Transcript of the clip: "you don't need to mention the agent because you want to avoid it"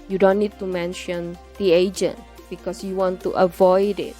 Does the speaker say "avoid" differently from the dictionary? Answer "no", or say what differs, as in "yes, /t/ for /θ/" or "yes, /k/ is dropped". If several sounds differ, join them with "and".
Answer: no